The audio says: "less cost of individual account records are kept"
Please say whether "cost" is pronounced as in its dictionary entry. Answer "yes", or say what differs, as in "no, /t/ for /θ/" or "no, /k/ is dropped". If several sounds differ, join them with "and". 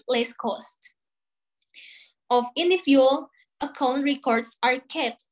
yes